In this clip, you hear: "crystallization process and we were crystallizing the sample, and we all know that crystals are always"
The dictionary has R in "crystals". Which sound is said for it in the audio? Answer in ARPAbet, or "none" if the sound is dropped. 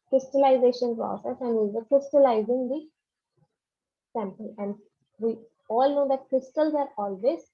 R